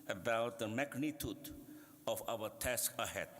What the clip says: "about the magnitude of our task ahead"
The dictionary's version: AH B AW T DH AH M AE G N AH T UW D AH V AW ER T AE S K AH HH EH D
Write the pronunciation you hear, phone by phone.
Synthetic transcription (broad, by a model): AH B AW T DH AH M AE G N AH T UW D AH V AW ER T AE S K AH HH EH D